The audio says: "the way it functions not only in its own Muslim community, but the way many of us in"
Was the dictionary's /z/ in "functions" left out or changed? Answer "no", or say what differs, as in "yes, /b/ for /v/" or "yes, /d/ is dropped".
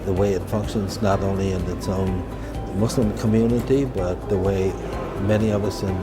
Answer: no